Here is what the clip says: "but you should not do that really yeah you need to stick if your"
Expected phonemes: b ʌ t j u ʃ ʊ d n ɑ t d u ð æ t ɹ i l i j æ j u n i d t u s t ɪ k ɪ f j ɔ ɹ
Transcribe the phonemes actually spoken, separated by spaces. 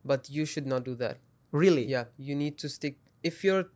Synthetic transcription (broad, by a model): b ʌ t j u ʃ ʊ d n ɑ t d u ð æ t ɹ i l i j æ j u n i d t u s t ɪ k ɪ f j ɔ ɹ